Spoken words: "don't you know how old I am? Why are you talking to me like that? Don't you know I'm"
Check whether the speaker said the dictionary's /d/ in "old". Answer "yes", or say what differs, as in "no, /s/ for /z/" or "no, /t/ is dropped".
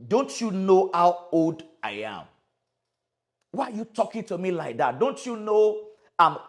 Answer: yes